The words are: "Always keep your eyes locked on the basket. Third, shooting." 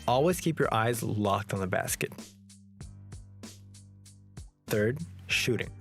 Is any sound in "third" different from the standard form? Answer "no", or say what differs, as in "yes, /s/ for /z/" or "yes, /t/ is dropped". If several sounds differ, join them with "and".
no